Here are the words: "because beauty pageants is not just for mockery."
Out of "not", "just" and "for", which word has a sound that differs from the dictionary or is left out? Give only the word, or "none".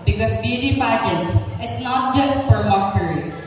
for